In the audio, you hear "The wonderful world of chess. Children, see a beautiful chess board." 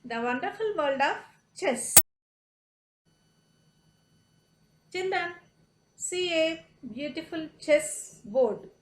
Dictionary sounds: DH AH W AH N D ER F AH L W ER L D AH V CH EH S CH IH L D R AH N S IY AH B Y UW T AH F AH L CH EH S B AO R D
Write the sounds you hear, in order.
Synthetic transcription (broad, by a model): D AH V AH N D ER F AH L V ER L D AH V CH EH S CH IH N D AH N S IY AH B Y UW T AH F AH L CH EH S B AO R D